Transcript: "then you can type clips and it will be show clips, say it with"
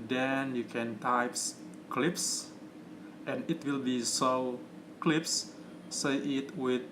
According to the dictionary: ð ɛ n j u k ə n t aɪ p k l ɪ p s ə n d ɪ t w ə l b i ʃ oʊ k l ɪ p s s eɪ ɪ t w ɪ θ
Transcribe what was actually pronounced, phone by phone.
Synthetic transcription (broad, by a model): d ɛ n j u k ə n t aɪ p k l ɪ p s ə n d ɪ t w ə l b i s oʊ k l ɪ p s s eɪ ɪ t w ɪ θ